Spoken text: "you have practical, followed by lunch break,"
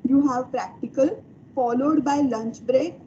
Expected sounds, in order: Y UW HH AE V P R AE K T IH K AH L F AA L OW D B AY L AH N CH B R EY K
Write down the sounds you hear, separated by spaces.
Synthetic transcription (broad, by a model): Y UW HH AE V P R AE K T IH K AH L F AA L OW D B AY L AH N CH B R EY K